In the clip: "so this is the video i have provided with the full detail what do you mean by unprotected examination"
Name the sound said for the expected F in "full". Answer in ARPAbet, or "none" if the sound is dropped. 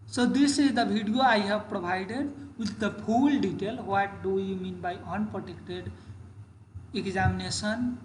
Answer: P